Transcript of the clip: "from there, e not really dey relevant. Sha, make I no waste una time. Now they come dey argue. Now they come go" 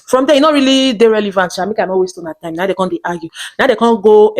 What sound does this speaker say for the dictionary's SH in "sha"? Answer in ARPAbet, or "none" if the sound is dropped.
S